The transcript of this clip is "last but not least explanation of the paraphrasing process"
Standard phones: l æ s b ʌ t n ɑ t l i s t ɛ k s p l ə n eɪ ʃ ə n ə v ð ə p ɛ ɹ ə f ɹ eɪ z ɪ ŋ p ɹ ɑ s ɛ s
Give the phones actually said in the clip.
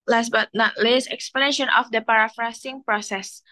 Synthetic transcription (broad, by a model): l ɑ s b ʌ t n ɑ t l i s ɛ k s p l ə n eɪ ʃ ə n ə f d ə p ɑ ɹ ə f ɹ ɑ s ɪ ŋ p ɹ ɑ s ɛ s